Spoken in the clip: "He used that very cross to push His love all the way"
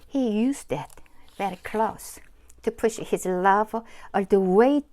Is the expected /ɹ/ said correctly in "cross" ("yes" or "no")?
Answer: no